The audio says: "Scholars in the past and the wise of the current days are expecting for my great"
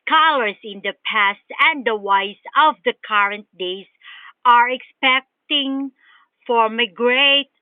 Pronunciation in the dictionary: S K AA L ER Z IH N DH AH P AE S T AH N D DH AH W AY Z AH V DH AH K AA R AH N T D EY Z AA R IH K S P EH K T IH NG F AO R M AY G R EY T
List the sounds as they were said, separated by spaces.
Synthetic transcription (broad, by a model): K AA L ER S IH N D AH P AE S T AH N D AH W AY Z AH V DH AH K AA R AH N T D EY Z AA R IH K S P EH K T IH NG F AO R M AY G R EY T